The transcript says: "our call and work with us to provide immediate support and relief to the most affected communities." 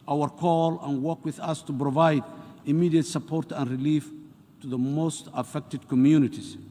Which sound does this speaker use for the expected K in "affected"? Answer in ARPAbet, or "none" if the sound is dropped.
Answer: K